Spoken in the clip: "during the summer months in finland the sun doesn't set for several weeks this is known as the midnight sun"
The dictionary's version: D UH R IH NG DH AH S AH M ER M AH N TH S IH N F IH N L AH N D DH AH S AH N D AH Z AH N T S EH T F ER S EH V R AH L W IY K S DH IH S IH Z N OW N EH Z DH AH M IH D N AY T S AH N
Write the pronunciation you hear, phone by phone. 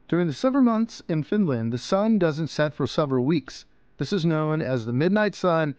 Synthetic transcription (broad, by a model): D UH R IH NG DH AH S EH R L M AH N TH S IH N F IH N L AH N DH AH S AH N D AH Z AH N T S EH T F ER S EH V R L W IY K S DH IH S IH Z N OW N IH Z DH AH M IH D N AY T S AH N